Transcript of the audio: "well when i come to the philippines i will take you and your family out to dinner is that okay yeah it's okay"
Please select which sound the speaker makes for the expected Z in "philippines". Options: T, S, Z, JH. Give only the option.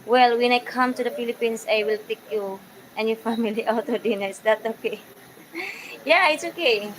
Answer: S